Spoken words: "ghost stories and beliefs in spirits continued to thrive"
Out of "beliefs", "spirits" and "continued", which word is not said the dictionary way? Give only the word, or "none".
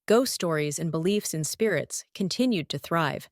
none